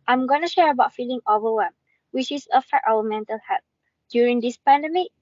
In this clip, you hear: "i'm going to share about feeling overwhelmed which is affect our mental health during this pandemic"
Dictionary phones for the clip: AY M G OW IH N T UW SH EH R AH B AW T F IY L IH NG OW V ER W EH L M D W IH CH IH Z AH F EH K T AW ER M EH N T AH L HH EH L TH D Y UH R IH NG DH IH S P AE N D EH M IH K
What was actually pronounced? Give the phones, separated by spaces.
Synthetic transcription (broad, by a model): AY M G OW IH N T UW SH EH R AH B AW T F IY L IH NG OW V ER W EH M W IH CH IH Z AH F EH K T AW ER M EH N T AH L HH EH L T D Y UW R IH NG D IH S P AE N D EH M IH